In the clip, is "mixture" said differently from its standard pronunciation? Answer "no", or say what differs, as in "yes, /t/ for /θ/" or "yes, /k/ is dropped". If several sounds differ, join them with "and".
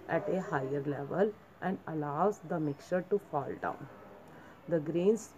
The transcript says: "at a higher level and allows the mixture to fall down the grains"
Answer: yes, /s/ is dropped